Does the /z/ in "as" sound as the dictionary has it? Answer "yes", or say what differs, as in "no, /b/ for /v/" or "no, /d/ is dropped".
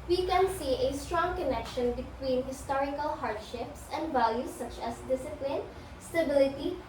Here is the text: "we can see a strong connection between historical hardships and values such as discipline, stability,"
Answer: no, /s/ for /z/